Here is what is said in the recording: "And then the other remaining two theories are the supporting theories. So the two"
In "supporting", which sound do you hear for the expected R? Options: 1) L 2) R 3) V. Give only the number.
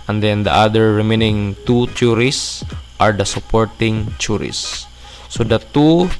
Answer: 2